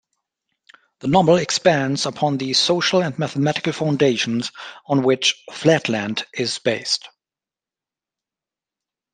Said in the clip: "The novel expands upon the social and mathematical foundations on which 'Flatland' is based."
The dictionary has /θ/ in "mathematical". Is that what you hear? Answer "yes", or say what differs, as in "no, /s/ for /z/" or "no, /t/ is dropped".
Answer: yes